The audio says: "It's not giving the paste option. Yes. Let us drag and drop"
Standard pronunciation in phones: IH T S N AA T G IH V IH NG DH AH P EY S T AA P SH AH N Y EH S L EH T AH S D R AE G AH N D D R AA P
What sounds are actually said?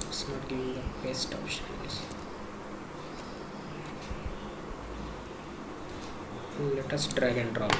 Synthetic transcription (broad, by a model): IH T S N AA T G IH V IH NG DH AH B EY S T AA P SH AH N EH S L EH T AH S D R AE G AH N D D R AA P